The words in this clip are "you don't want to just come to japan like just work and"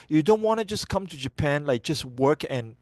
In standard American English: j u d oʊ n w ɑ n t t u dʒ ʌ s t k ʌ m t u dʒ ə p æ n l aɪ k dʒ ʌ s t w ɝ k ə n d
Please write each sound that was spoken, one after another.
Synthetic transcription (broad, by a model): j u d oʊ n w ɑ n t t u dʒ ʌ s k ʌ m t u dʒ ə p æ n l aɪ k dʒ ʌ s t w ɝ k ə n